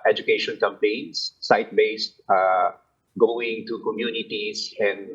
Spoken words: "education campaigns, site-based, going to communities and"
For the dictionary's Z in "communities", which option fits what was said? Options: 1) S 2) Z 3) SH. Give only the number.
1